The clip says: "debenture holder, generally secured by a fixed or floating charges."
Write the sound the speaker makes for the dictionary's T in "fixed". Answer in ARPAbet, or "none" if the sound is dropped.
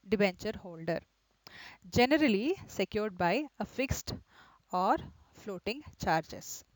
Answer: T